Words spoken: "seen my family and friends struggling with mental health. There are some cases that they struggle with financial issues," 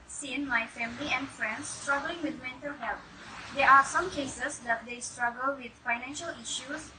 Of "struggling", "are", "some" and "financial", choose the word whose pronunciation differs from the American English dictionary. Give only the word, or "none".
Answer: none